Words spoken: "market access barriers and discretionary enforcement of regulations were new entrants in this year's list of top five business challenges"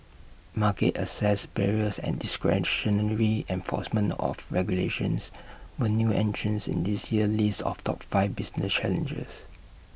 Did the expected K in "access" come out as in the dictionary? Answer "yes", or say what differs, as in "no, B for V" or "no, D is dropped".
no, K is dropped